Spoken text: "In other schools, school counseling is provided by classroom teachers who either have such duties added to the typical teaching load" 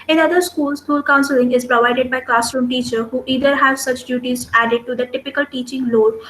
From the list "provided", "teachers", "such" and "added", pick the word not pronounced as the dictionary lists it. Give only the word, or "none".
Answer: teachers